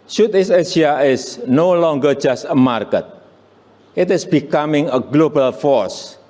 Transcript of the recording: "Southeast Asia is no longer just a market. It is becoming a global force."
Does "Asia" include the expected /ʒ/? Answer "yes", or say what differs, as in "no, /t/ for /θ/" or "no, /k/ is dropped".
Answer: no, /s/ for /ʒ/